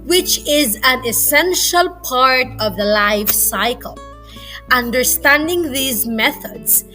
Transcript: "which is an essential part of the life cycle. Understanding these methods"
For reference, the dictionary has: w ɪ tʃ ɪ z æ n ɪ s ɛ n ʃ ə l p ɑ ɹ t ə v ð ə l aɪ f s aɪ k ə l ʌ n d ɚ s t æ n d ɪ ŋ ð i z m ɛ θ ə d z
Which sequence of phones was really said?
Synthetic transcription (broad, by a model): w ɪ tʃ ɪ z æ n ɪ s ɛ n ʃ ə l p ɑ ɹ t ə v ð ə l aɪ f s aɪ k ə l ʌ n d ɚ s t æ n d ɪ ŋ ð i z m ɛ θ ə d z